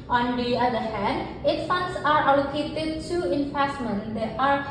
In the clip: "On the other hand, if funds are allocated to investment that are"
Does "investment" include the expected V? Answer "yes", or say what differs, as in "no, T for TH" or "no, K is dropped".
no, F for V